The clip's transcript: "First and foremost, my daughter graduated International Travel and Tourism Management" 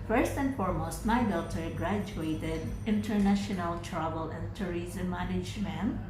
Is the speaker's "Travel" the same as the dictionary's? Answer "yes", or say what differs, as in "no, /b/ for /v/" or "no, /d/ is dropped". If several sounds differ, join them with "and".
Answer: no, /b/ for /v/